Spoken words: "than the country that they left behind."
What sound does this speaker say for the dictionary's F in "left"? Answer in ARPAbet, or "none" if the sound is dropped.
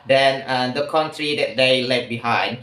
none